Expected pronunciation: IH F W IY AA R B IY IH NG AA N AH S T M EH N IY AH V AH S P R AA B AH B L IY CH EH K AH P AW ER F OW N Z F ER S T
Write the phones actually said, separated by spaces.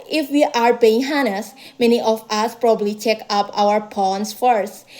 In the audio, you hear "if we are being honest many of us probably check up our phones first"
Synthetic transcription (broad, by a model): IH F W IY AA R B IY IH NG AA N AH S M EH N IY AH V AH S P R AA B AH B L IY CH EH K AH P AW ER P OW N S F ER S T